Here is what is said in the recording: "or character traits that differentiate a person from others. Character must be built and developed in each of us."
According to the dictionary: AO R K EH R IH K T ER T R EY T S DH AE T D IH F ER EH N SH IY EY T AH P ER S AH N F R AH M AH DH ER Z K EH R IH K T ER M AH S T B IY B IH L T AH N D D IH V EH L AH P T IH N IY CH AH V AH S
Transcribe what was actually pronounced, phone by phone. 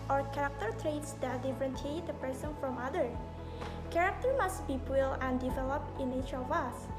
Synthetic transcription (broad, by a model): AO R K EH R IH K T ER T R EY T S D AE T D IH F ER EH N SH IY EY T AH P ER S AH N F R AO M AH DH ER K EH R IH K T ER M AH S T B IY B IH L AH N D D IH V EH L AH P T IH N IY CH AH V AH S